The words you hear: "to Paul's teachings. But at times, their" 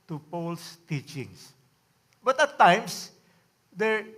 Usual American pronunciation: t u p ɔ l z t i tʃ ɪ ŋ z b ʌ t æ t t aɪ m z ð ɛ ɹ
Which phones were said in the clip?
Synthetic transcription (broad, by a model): t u p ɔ l s t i tʃ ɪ ŋ s b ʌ t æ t t aɪ m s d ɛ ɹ